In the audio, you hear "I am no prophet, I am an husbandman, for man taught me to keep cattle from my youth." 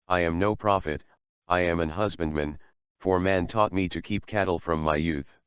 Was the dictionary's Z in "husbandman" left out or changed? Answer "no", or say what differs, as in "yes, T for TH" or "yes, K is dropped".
no